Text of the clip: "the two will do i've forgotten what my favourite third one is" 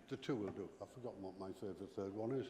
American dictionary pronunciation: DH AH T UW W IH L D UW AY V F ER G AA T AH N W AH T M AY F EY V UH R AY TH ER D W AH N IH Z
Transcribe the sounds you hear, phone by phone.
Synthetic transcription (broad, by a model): DH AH T UW W IH L D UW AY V F ER G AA T N W AH T M AY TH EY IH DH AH TH ER D W AH N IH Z